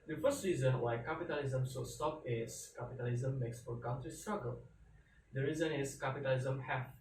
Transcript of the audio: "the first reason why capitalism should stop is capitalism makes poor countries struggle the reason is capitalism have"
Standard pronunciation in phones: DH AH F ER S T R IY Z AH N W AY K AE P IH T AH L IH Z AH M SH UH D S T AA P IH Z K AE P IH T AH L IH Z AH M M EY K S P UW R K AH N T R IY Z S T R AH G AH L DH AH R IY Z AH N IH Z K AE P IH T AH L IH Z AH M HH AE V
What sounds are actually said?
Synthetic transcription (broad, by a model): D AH F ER S T R IY Z AH N W AY K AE P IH T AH L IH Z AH M S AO S T AA P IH S K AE P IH T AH L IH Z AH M M EY K S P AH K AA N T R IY S T R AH G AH L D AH R IY Z AH N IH S K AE P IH T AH L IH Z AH M HH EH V